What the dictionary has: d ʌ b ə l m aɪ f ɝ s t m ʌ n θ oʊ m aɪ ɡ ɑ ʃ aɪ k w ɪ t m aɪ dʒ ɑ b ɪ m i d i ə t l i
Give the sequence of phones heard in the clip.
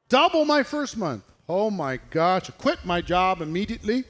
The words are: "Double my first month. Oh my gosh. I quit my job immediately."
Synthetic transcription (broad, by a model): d ʌ b l m aɪ f ɝ s t m ʌ n θ oʊ m aɪ ɡ ɑ ʃ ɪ k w ɪ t m aɪ dʒ ɑ b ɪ m i d i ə t l i